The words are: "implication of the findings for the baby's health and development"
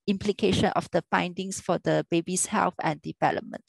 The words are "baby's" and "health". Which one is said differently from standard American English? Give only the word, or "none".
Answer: baby's